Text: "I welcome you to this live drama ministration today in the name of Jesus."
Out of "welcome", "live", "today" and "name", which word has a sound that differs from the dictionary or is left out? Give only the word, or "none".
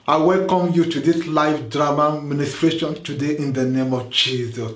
live